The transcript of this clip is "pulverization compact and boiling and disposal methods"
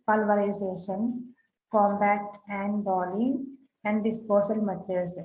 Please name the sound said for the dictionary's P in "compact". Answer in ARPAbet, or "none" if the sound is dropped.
B